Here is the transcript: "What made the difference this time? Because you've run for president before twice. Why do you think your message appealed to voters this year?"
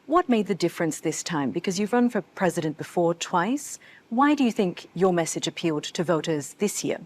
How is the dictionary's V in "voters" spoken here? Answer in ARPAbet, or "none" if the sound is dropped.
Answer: V